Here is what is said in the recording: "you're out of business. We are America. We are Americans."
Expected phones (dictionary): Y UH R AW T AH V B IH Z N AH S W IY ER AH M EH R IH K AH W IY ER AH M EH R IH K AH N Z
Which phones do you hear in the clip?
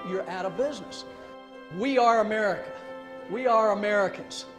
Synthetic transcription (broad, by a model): Y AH R AW T AH V B IH Z N AH S W IY ER AH M EH R IH K AH W IY ER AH M EH R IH K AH N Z